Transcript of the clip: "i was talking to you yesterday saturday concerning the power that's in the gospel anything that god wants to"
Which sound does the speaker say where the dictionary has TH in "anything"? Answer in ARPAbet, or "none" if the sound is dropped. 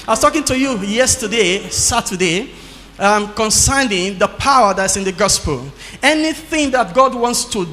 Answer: TH